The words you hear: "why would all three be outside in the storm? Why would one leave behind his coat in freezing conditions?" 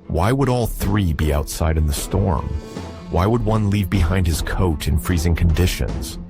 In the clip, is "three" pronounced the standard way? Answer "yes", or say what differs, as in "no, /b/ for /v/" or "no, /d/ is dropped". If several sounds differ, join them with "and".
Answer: yes